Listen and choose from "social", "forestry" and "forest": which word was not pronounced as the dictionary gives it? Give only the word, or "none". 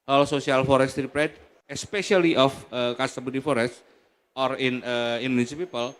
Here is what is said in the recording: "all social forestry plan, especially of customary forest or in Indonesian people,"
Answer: social